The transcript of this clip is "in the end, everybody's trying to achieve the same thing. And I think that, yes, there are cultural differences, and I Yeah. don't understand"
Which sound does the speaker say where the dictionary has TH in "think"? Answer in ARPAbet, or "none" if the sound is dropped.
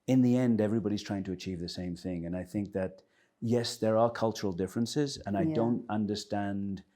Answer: TH